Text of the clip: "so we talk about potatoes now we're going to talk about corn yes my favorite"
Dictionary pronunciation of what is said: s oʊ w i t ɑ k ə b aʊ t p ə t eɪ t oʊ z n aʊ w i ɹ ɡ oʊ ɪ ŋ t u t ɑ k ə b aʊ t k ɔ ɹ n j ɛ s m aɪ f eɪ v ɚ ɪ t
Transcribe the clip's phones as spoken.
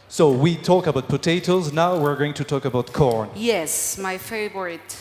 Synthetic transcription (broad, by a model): s oʊ w i t ɑ k ə b aʊ t p ə t eɪ t oʊ z n aʊ w i ɹ ɡ oʊ ɪ ŋ t u t ɑ k ə b aʊ t k ɔ ɹ n j ɛ s m aɪ f eɪ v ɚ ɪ t